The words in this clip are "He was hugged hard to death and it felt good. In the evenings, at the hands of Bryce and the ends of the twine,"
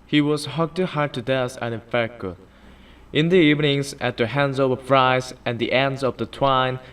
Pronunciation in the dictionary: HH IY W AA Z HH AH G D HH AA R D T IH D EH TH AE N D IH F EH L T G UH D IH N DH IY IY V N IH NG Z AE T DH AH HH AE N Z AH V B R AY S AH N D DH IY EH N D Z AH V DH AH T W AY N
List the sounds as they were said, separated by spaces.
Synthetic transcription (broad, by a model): HH IY W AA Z HH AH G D HH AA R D T IH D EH S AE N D IH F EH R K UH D IH N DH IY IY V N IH NG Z AE T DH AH HH AE N Z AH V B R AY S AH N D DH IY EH N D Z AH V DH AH T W AY N